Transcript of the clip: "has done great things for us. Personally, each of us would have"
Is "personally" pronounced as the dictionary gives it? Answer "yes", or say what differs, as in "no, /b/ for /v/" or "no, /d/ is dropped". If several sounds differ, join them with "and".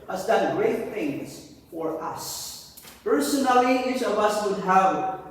yes